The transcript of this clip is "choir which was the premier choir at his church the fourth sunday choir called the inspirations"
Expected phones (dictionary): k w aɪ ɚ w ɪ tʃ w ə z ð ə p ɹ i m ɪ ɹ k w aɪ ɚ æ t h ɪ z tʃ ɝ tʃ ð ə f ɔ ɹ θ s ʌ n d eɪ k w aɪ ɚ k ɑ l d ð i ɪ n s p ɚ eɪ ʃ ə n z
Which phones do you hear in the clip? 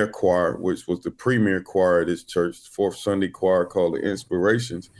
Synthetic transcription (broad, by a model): k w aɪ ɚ w ɪ tʃ w ə z ð ə p ɹ i m ɪ ɹ k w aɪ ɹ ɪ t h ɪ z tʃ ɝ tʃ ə f ɔ ɹ θ s ʌ n d eɪ k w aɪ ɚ k ɑ l d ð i ɪ n s p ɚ eɪ ʃ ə n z